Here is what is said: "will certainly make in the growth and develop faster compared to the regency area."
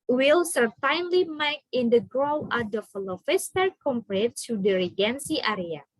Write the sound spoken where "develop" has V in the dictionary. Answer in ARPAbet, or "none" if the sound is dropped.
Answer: F